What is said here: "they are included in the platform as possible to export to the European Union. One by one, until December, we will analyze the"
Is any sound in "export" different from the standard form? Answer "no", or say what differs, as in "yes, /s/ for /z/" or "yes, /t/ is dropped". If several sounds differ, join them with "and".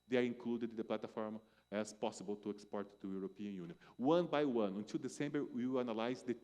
no